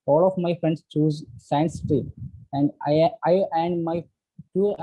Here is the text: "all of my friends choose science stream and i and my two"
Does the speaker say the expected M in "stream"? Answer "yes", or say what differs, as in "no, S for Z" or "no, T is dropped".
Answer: no, M is dropped